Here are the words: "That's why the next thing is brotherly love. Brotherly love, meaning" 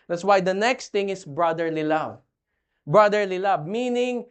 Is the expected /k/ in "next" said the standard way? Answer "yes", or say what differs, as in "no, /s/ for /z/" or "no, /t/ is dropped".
yes